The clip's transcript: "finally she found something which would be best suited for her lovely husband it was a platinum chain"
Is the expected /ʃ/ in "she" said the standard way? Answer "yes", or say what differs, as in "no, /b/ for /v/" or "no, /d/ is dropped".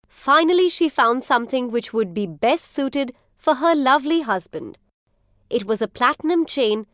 yes